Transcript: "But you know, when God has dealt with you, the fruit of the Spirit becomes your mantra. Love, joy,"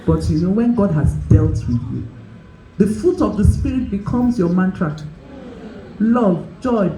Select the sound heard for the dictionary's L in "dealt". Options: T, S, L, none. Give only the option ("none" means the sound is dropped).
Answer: L